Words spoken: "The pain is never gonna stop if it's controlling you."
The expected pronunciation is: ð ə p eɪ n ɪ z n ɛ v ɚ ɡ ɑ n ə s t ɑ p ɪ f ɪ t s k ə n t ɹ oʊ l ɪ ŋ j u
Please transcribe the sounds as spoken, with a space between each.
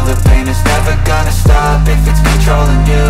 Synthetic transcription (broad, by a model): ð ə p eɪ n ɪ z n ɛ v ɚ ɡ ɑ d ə s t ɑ b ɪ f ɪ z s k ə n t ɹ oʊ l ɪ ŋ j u